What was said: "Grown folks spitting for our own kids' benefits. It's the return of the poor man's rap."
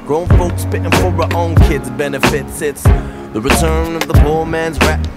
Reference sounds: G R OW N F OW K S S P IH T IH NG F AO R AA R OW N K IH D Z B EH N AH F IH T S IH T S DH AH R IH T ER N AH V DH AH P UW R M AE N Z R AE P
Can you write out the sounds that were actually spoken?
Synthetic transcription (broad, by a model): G R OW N F OW K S S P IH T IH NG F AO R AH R OW N K IH D Z B EH N AH F IH T S IH T S DH AH R IH T ER N AH V DH AH B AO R M AE N Z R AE